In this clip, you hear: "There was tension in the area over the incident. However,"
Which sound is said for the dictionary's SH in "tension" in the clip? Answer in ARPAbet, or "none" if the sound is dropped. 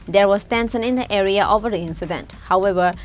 S